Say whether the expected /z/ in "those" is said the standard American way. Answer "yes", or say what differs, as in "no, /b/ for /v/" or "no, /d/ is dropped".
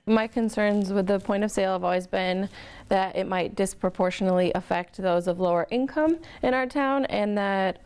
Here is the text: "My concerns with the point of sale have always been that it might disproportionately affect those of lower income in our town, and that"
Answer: yes